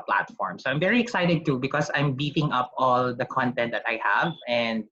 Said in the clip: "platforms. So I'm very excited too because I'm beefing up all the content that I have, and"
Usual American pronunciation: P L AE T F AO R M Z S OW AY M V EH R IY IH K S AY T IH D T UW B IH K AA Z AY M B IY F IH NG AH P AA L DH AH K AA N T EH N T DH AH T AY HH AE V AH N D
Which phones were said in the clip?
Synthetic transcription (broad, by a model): P L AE T F AO R M S OW AY M V EH R IY IH K S AY T IH D T UW B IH K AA S AY M B IY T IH NG AH P AA L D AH K AA N T EH N T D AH T AY HH AE V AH N D